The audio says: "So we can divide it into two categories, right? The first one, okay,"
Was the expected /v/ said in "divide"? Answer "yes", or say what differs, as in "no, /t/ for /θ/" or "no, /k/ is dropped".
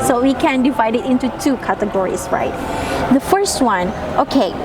yes